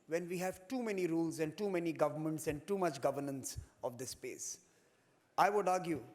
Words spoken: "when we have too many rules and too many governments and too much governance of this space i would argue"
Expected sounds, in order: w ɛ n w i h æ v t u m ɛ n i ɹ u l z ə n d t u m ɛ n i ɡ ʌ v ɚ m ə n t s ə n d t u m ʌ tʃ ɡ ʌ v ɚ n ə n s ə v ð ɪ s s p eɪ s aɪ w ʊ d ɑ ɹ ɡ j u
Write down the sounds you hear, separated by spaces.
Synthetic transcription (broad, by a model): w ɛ n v i h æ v t u m ɛ n i ɹ u l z ə n d t u m ɛ n i ɡ ʌ v ɚ m ə n t s ə n d t u m ʌ tʃ ɡ ʌ v ɚ n ə n s ə v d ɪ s s p eɪ s aɪ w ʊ d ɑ ɹ ɡ j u